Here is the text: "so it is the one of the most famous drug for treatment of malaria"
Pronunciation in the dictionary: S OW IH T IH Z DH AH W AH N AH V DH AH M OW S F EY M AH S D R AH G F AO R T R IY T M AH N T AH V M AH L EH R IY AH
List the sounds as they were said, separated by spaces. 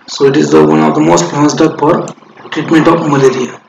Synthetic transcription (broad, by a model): S OW IH T IH Z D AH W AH N AH V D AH M OW S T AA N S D AH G P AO R T R IY T M AH N T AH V M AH L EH R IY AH